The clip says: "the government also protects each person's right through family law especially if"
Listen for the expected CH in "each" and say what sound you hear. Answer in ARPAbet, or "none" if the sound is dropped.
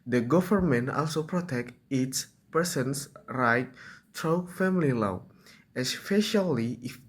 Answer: S